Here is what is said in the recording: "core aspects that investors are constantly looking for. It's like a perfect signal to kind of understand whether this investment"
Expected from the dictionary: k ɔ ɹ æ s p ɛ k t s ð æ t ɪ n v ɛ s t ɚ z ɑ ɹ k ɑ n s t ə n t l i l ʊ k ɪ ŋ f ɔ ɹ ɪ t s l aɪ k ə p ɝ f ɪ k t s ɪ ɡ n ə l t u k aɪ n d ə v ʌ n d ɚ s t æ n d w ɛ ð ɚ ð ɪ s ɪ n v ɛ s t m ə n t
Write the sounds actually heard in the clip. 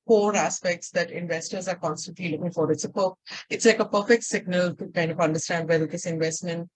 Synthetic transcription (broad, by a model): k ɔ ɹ æ s p ɛ k t s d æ t ɪ n v ɛ s t ɚ z ɑ ɹ k ɑ n s t ə n t l i l ʊ k ɪ ŋ f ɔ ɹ ɪ t s l aɪ k ə p ɝ f ɪ k t s ɪ ɡ n ə l t u k aɪ n d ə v ʌ n d ɚ s t æ n d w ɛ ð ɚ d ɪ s ɪ n v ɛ s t m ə n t